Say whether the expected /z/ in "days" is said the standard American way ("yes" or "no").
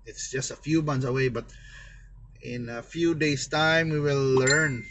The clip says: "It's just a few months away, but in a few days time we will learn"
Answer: no